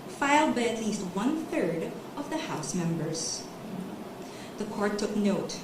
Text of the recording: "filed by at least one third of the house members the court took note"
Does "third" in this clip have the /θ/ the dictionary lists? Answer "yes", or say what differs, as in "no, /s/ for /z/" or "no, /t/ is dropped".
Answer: yes